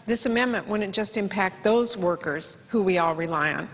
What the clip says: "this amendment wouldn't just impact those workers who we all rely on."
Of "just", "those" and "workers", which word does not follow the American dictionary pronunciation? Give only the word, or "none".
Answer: none